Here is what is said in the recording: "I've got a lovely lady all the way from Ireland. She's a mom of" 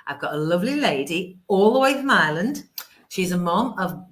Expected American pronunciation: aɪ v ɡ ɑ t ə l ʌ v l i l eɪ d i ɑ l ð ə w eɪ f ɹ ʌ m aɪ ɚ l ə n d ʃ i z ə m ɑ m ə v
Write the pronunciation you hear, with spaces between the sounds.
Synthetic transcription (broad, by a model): aɪ v ɡ ɑ t ə l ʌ v l i l eɪ d i ɑ l ð ə w eɪ f ɹ ʌ m aɪ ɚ l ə n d ʃ i z ə m ɑ m ə v